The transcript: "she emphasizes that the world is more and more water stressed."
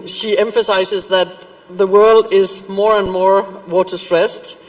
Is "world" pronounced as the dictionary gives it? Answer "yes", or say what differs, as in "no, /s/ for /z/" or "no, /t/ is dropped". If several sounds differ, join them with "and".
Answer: yes